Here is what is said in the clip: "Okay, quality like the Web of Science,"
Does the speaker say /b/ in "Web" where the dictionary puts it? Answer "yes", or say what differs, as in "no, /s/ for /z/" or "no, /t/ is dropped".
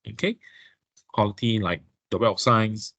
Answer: no, /b/ is dropped